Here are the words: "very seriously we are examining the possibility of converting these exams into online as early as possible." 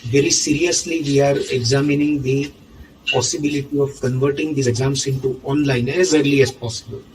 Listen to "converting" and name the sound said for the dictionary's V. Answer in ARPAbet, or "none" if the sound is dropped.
V